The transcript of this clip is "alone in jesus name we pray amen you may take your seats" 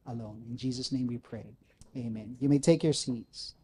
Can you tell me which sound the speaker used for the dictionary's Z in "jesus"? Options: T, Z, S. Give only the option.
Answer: Z